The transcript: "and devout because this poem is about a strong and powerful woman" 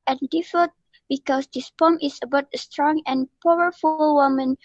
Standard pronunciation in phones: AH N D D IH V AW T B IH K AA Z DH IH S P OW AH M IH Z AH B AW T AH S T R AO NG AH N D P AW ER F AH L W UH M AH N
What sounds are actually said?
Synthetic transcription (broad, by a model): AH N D D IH F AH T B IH K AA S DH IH S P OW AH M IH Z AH B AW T AH S T R AO NG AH N P AW ER F AH L W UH M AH N